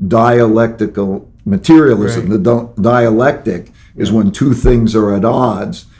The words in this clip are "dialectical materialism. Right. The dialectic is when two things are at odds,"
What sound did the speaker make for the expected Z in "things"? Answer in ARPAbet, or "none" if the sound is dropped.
Z